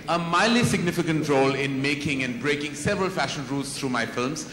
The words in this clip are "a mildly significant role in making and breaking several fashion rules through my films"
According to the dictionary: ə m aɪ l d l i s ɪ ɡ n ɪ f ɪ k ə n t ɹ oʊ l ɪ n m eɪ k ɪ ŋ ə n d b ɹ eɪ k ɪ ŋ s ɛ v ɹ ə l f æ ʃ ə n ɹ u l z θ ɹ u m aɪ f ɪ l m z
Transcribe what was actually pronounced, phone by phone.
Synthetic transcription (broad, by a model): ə m aɪ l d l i s ɪ ɡ n ɪ f ɪ k ə n t ɹ oʊ l ɪ n m eɪ k ɪ ŋ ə n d b ɹ eɪ k ɪ ŋ s ɛ v ɹ ə l f æ ʃ ə n ɹ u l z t ɹ u m aɪ f ɪ l m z